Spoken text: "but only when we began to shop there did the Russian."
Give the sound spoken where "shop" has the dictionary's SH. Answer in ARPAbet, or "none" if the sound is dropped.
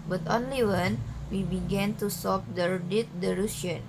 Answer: S